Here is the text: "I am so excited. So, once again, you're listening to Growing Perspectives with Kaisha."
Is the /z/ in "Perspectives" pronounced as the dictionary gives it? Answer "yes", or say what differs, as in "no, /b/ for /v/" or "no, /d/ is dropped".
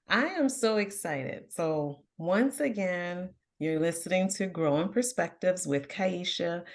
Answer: yes